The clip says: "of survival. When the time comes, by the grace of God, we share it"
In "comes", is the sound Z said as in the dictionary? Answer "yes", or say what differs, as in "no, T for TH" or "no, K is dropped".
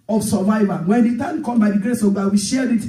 no, Z is dropped